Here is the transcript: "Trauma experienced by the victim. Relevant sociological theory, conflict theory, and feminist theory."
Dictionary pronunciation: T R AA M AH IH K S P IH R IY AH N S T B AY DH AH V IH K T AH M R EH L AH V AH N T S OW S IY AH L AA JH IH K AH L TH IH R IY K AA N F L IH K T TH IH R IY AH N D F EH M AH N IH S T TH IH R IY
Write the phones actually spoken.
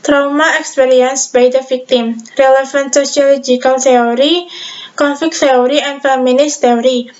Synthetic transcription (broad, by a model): T R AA M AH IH K S P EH R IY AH N S B AY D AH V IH K T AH M R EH L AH F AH N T S OW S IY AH L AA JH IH K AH L T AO R IY K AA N F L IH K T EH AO R IY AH N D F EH M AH N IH S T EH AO R IY